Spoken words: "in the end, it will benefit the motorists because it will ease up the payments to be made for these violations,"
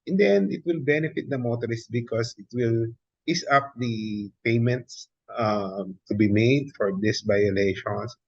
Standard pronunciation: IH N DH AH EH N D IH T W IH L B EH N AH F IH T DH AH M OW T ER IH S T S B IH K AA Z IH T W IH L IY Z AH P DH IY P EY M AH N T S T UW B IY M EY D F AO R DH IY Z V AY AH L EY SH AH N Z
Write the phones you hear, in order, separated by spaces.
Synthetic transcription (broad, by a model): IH N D EH N D IH T W IH L B EH N AH F IH T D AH M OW T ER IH S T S B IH K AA S IH T W IH L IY S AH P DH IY P EY M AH N T S T UW B IY M EY D F AO R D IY S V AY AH L EY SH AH N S